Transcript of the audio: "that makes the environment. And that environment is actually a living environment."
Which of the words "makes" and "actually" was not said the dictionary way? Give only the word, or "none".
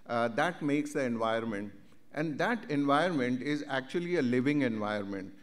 none